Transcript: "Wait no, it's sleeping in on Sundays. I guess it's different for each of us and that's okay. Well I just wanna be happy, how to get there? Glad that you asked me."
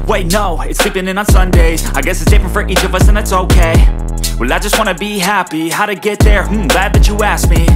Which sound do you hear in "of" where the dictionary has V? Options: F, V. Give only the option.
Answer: V